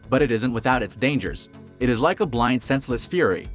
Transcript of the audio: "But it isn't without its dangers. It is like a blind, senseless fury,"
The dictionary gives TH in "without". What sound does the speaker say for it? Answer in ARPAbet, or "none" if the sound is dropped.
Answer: TH